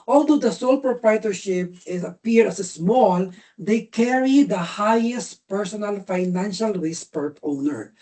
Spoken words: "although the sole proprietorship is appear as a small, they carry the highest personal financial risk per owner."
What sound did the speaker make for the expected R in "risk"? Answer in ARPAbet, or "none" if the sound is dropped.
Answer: W